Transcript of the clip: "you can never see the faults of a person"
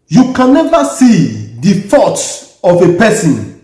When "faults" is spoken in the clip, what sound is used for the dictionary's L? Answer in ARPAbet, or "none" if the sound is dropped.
none